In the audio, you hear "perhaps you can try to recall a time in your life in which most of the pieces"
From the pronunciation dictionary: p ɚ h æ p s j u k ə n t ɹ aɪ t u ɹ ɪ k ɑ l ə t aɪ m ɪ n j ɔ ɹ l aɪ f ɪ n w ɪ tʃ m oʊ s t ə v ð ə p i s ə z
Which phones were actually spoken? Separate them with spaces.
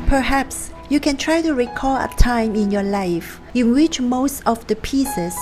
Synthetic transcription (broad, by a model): p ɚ h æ p s j u k ə n t ɹ aɪ t u ɹ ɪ k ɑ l ə t aɪ m ɪ n j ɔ l aɪ f ɪ n w ɪ tʃ m oʊ s t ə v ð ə p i s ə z